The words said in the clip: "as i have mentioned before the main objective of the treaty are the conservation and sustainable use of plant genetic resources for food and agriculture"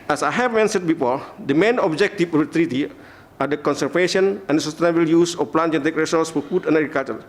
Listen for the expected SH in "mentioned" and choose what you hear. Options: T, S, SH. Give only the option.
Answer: S